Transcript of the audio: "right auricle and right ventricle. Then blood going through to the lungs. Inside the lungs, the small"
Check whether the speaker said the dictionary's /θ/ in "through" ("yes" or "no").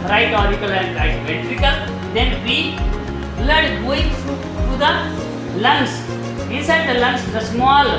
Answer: no